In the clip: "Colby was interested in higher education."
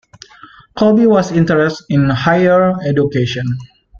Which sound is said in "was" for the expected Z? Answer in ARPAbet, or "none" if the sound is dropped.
S